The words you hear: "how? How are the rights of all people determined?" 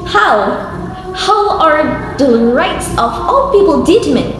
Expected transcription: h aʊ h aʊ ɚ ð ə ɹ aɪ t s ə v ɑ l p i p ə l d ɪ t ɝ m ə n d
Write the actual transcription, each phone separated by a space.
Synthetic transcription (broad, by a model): h aʊ h aʊ ɚ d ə ɹ aɪ t s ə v ɑ l p i p ə l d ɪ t m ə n